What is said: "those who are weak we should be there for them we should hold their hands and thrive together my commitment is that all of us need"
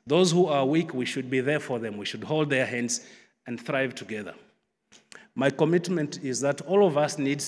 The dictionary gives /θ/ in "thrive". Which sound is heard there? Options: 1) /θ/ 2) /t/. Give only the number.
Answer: 1